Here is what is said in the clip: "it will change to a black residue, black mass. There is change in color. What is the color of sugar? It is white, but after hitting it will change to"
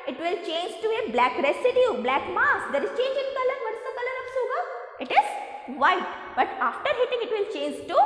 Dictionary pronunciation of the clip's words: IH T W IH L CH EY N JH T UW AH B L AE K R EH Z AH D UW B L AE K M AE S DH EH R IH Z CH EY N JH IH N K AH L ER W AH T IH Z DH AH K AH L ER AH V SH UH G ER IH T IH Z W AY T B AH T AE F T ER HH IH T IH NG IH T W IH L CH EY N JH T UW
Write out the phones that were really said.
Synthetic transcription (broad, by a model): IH T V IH L CH EY N JH T UW AH B L AE K R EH S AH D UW B L AE K M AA S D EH R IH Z CH EY N JH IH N K AH L ER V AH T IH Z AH K AH L ER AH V S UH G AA IH T IH Z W AY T B AH T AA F T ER HH IH T IH NG IH T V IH L CH EY N JH T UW